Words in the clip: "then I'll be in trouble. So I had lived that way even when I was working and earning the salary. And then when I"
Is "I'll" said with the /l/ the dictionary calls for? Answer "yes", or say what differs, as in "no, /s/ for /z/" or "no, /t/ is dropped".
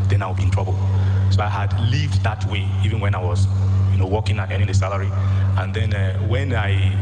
no, /w/ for /l/